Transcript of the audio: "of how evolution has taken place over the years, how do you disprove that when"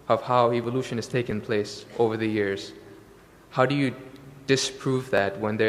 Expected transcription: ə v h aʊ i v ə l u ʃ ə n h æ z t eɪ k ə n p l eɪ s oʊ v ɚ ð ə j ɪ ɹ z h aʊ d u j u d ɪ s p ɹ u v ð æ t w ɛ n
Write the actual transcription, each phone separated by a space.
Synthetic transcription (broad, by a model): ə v h aʊ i v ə l u ʃ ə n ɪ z t eɪ k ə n p l eɪ s oʊ v ɚ ð ə j ɪ ɹ z h aʊ d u j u d ɪ s p ɹ u v ð æ t w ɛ n